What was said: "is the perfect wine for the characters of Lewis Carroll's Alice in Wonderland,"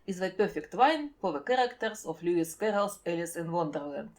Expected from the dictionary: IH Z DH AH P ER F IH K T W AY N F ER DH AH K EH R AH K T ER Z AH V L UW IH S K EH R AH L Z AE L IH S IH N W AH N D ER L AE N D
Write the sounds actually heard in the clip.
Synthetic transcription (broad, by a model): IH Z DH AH P ER F IH K T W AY N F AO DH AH K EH R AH K T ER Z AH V L UW IH S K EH R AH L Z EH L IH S IH N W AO N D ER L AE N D